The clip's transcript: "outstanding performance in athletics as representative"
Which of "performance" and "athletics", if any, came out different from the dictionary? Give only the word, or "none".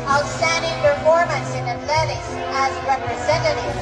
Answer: athletics